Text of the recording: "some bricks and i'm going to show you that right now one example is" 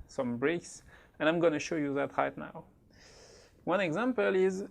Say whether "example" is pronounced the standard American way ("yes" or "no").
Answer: yes